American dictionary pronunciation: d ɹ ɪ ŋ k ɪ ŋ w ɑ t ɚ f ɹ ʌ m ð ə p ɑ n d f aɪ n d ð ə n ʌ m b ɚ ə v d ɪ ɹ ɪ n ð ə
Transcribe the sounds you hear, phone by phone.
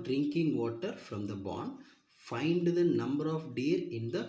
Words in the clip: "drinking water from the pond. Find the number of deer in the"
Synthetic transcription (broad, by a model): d ɹ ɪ ŋ k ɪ ŋ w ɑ t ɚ f ɹ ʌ m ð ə b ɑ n f aɪ n d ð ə n ʌ m b ɚ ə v d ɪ ɹ ɪ n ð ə